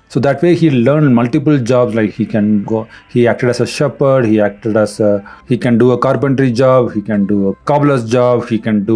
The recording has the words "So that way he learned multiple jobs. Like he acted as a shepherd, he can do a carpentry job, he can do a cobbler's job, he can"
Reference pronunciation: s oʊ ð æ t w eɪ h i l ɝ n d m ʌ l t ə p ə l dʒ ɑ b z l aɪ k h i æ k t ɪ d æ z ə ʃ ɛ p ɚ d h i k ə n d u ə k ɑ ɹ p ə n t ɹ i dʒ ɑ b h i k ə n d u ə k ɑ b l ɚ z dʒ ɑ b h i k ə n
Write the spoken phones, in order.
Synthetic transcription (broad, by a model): s oʊ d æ t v eɪ h i l ɝ n d m ʌ l t ə p ə l dʒ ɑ b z l aɪ k h i æ k t ɪ d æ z ə ʃ ɛ p ɚ d h i k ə n d u ə k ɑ ɹ p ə n t ɹ i dʒ ɑ b h i k ə n d u ə k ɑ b l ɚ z dʒ ɑ b h i k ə n